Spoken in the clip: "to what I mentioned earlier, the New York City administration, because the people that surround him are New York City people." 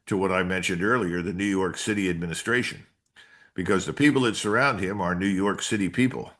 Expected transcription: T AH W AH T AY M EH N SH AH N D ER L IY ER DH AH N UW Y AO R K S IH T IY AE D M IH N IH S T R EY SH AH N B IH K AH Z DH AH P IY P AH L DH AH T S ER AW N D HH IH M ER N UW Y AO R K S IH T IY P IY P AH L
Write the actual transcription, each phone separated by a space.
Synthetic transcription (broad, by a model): T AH W AH T AY M EH N SH AH N D ER L IY ER DH AH N UW Y AO R K S IH T IY AE D M IH N IH S T R EY SH AH N B IH K AH Z DH AH P IY P L DH AH T S ER AW N D HH IH M ER N UW Y AO R K S IH T IY P IY P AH L